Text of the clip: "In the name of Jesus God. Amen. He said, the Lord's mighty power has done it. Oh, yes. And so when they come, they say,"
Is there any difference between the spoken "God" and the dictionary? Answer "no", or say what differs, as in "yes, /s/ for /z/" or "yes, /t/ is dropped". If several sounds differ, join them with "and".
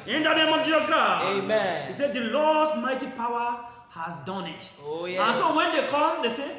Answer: yes, /d/ is dropped